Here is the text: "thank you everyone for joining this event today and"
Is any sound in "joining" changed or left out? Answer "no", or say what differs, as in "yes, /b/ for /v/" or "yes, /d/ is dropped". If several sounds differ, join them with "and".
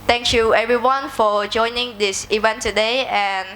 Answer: no